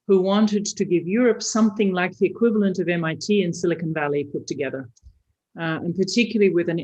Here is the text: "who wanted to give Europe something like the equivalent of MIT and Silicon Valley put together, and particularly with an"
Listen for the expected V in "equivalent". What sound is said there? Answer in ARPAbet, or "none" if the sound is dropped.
V